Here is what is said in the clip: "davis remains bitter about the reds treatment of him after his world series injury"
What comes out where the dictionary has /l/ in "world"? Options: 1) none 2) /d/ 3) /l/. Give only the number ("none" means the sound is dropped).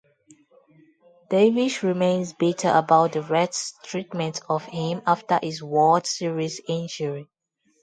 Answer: 1